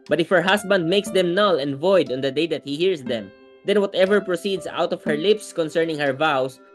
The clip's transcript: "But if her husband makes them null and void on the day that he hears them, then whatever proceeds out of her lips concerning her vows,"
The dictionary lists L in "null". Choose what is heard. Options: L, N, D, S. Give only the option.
L